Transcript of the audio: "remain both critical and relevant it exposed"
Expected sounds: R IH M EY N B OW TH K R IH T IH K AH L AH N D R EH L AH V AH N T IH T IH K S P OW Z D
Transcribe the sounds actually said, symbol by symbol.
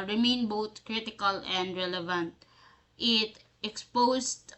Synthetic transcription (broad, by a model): R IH M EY N B OW T K R IH T IH K AH L AH N D R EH L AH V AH N T IH T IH K S P OW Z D